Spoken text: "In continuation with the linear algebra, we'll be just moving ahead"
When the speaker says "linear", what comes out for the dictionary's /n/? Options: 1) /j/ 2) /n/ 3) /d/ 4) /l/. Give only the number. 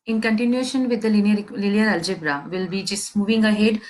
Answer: 4